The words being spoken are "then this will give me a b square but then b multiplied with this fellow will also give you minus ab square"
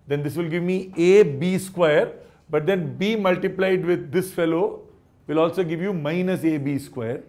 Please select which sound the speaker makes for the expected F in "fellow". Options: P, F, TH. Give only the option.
F